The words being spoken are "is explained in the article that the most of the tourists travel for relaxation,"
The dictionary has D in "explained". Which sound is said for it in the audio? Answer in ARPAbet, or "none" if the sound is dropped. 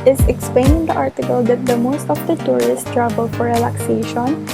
none